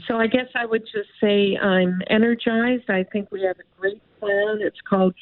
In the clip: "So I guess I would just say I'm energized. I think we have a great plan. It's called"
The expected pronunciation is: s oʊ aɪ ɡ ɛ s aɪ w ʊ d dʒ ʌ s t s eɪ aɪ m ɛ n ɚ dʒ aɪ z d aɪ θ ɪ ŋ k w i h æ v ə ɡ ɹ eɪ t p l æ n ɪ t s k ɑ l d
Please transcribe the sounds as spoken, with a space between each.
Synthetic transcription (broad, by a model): s oʊ aɪ ɡ ɛ s aɪ w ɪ d dʒ ʌ s t s eɪ aɪ m ɛ n ɚ dʒ aɪ z d aɪ θ ɪ ŋ k w i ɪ v ə ɡ ɹ eɪ t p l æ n ɪ t s k ɑ l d